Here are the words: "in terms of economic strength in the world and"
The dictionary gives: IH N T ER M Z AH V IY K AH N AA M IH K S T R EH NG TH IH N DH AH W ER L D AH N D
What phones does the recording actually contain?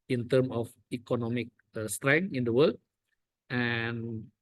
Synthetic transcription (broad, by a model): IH N T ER M AH F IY K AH N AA M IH K S T R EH NG IH N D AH W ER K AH N